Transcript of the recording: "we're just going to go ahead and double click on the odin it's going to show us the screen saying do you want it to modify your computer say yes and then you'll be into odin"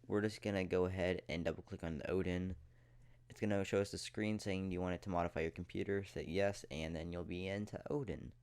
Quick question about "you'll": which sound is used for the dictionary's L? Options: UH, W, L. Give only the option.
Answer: L